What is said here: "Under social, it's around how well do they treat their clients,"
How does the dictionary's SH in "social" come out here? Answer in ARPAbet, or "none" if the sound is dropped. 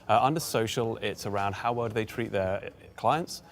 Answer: SH